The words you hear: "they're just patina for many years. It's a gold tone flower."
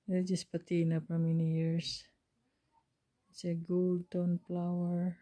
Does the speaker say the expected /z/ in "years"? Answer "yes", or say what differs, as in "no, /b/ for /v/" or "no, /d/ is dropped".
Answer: no, /s/ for /z/